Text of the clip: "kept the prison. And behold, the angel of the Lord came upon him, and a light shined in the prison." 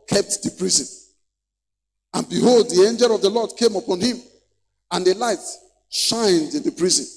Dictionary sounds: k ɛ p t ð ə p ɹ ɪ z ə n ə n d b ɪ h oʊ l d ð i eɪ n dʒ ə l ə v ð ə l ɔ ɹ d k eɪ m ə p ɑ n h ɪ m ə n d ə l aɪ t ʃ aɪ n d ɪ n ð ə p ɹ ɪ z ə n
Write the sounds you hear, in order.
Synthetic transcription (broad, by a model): k ɛ p t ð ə p ɹ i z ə n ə n b ɪ h oʊ l d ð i eɪ n dʒ ə l ə v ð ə l ɔ d k eɪ m ə p ɑ n h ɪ m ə n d ə l aɪ t ʃ aɪ n d ɪ n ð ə p ɹ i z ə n